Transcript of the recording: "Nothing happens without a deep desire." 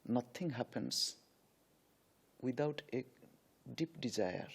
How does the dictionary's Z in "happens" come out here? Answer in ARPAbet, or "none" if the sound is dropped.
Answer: S